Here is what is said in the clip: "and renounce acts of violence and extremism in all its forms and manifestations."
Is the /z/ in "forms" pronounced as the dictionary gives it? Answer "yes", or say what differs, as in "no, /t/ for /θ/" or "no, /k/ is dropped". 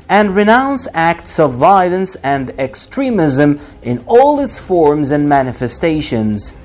yes